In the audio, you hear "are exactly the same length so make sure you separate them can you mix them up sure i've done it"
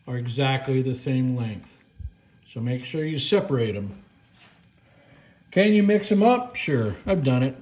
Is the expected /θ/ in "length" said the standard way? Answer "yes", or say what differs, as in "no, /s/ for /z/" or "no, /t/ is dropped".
yes